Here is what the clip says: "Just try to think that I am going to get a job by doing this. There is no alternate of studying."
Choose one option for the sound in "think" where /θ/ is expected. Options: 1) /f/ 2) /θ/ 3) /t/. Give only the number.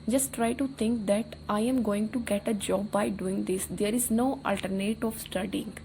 3